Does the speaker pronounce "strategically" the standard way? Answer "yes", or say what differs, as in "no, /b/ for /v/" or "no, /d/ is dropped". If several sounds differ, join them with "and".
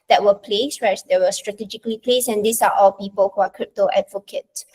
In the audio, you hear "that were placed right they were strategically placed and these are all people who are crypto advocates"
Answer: yes